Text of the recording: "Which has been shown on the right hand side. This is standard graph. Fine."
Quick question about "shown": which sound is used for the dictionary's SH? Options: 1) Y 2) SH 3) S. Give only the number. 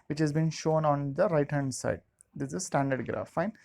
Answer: 2